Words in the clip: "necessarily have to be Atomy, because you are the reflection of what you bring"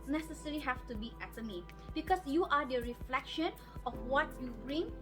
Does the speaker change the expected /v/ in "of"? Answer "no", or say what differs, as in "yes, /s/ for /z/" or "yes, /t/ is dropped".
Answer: yes, /f/ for /v/